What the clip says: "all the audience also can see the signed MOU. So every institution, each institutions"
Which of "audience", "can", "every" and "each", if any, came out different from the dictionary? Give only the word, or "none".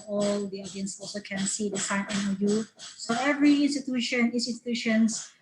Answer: each